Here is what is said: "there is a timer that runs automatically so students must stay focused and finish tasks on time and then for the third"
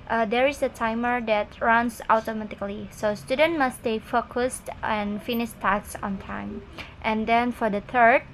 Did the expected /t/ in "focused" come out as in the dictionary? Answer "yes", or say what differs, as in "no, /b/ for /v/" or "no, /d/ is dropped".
yes